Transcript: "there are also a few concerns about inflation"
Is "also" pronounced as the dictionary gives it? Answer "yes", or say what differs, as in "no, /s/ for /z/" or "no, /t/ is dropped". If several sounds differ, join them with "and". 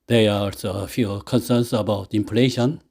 no, /l/ is dropped